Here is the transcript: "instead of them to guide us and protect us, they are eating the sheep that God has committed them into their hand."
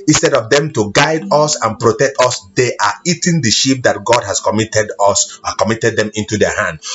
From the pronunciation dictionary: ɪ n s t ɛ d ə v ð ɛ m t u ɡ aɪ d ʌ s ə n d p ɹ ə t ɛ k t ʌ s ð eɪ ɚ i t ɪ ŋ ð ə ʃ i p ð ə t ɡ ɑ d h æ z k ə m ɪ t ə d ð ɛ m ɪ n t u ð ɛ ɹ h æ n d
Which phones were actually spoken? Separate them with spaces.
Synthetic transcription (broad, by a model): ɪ n s t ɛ d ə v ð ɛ m t u ɡ aɪ d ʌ s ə n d p ɹ ə t ɛ k t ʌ s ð eɪ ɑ i t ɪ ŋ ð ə ʃ i p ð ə t ɡ ɑ d h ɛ s k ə m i t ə d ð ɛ m ɪ n t u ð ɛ h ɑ n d